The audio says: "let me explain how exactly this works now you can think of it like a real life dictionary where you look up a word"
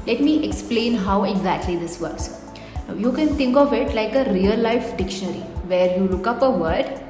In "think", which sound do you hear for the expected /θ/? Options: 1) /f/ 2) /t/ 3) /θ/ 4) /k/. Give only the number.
2